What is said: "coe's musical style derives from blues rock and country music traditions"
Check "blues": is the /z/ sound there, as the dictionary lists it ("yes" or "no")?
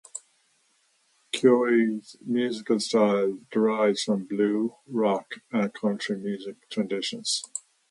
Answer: no